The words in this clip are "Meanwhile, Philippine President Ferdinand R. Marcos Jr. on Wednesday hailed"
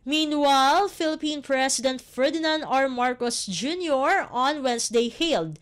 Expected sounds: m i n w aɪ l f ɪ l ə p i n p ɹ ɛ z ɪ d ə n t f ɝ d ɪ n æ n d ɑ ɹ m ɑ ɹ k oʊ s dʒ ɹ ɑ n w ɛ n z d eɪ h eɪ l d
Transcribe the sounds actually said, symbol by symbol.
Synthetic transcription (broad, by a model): m i n w aɪ l f ɪ l ə p i n p ɹ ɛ s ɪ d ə n t f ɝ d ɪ n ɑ n d ɑ ɹ m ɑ ɹ k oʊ s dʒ ɹ ɑ n w ɛ n s d eɪ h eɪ l d